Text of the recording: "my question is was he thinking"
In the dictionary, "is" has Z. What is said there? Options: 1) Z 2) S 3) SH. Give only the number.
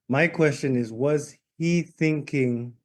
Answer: 1